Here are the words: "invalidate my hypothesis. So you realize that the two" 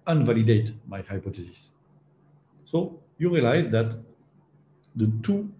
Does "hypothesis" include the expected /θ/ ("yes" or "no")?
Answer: no